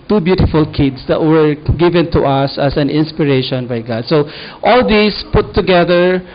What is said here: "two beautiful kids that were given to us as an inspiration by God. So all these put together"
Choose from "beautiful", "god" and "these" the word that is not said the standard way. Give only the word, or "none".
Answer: these